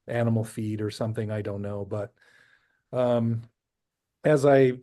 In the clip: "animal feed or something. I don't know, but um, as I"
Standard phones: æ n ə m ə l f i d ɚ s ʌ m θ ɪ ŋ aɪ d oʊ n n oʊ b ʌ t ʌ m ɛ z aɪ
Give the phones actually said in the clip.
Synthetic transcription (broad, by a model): æ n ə m l f i d ɚ s ʌ m θ ɪ ŋ aɪ d oʊ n n oʊ b ʌ t ʌ m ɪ z aɪ